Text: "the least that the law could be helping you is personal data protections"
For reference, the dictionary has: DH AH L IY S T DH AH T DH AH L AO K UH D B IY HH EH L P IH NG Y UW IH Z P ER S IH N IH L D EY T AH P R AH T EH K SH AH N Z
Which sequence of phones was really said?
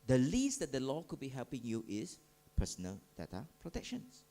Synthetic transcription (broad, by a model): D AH L IY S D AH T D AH L AO K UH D B IY HH EH L P IH NG Y UW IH S P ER S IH N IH L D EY T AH P R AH T EH K SH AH N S